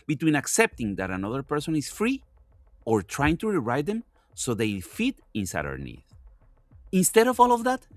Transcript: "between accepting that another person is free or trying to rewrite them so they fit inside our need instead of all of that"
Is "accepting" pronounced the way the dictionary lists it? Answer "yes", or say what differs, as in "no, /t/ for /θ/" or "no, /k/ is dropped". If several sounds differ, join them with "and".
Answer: yes